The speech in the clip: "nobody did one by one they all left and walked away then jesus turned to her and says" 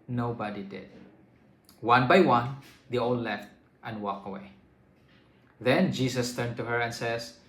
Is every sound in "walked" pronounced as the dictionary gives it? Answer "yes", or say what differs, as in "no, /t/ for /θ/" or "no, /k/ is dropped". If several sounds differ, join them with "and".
no, /t/ is dropped